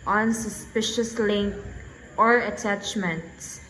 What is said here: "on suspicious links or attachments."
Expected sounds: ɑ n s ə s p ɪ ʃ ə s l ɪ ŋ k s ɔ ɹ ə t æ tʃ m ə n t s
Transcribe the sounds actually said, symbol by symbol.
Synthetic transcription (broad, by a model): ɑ n s ə s p ɪ ʃ ə s l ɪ ŋ k ɔ ɹ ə t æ tʃ m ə n t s